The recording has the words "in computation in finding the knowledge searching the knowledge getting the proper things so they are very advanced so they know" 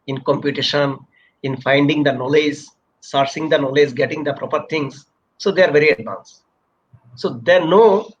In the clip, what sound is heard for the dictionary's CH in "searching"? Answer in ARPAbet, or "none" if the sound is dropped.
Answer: S